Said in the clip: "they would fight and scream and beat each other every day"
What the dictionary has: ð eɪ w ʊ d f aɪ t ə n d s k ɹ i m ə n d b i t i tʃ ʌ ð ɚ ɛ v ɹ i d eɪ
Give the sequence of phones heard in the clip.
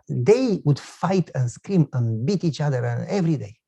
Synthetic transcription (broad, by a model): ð eɪ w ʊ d f aɪ t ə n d s k ɹ i m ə n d b i t i tʃ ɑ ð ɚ ɛ v ɹ i d eɪ